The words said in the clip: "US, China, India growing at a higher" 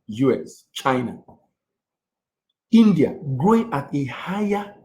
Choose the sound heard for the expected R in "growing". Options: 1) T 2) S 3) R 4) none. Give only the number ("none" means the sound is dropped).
3